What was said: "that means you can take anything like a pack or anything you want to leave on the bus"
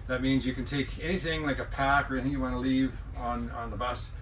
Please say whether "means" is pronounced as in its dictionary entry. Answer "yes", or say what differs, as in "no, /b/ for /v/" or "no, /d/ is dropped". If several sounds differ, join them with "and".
yes